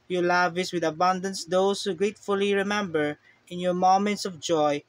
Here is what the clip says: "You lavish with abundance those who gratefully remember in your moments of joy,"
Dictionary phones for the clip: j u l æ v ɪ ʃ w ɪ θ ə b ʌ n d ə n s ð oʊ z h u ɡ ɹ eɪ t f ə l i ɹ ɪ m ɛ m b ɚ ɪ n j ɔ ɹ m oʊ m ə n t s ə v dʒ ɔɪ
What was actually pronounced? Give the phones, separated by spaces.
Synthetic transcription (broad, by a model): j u l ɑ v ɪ s w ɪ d ə b ʌ n d ə n s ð oʊ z h u ɡ ɹ eɪ t f ə l i ɹ ɪ m ɛ m b ɚ ɪ n j ɔ ɹ m oʊ m ə n t s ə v dʒ ɔɪ